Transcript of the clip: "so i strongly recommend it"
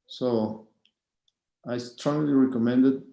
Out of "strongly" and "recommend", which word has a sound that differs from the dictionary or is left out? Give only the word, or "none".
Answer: strongly